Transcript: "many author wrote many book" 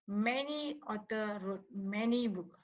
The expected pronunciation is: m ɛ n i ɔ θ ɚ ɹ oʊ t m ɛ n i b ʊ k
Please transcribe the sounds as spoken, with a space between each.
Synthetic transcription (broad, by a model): m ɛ n i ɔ t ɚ ɹ oʊ t m ɛ n i b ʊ k